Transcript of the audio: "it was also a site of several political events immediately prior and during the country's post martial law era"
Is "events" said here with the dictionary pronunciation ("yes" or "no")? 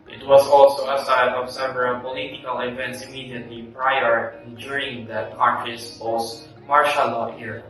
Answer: yes